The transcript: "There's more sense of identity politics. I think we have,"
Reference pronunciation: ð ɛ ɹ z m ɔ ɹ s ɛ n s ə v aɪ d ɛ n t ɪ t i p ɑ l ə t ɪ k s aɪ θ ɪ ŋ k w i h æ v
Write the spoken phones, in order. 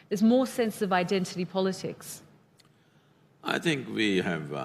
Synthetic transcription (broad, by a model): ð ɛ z m ɔ s ɛ n s ə v aɪ d ɛ n t ɪ t i p ɑ l ə t ɪ k s aɪ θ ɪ ŋ k w i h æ v